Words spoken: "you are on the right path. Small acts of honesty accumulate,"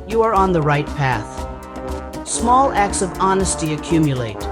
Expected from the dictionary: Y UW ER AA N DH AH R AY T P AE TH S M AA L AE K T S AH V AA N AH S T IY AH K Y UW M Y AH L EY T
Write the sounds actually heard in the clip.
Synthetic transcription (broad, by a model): Y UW ER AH N DH AH R AY T P AE TH S M AA L AE K T S AH V AA N AH S T IY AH K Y UW M Y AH L EY T